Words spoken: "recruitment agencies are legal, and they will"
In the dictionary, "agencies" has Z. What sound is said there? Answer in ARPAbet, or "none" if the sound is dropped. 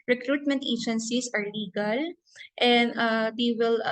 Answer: S